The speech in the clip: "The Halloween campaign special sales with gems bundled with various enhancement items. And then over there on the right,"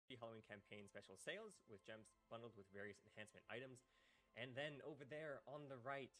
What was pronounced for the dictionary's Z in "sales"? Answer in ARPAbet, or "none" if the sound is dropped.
Z